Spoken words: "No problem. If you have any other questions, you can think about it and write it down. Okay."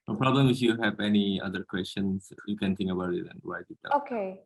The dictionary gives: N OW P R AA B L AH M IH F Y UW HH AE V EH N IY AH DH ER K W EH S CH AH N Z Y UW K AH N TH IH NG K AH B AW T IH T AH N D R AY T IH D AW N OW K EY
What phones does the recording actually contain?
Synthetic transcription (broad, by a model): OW P R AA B L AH M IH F Y UW HH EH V EH N IY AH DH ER K W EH S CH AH N S Y UW K AH N T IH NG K AH B AW T IH T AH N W AY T IH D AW OW K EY